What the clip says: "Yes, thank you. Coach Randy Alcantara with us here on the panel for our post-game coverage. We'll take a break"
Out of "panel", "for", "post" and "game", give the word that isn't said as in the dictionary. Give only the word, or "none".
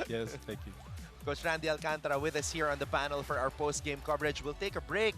none